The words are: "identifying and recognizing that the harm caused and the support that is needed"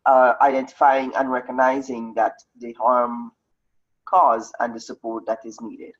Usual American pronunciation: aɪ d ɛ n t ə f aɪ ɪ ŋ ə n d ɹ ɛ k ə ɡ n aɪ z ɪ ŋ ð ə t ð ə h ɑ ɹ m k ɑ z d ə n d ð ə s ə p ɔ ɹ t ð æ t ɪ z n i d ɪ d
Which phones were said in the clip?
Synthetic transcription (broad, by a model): aɪ d ɛ n t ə f aɪ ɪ ŋ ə n ɹ ɛ k ə ɡ n aɪ z ɪ ŋ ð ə t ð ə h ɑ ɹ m k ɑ z ə n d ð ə s ə p ɔ ɹ t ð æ t ɪ z n i d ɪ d